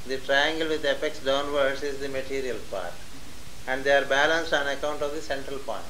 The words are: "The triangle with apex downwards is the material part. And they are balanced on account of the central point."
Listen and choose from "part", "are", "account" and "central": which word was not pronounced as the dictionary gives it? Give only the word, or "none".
none